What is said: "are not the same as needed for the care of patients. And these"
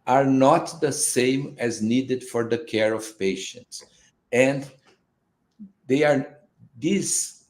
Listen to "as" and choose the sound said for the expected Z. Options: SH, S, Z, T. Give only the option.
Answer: Z